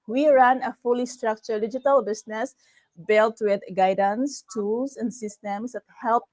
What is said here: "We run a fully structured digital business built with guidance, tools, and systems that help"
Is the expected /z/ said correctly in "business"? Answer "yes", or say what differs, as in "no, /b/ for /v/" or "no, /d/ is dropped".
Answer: no, /s/ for /z/